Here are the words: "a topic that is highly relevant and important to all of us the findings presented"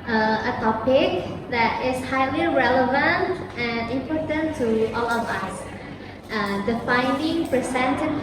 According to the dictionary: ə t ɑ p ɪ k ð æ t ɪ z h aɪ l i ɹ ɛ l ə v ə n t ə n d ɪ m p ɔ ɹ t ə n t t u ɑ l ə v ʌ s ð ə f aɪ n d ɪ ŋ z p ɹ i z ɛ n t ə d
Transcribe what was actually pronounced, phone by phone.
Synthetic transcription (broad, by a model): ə t ɑ p ɪ k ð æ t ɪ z h aɪ l i ɹ ɛ l ə v ə n t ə n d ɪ m p ɔ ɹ t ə n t t u ɑ l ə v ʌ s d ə f aɪ n d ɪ ŋ p ɹ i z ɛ n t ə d